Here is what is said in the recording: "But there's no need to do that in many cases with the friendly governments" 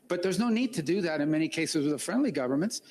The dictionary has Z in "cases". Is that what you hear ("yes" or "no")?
yes